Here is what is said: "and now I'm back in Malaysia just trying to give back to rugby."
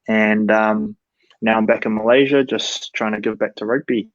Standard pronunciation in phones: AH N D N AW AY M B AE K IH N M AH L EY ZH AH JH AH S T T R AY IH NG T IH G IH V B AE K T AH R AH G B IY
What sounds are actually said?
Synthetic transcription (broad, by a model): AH N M N AW AY M B AE K IH N M AH L EY ZH AH JH AH S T T R AY IH NG T IH G IH V B AE K T AH R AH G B IY